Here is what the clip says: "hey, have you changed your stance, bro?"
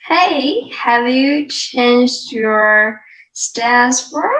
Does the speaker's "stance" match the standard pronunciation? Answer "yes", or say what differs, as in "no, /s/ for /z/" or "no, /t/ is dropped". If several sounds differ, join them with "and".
no, /n/ is dropped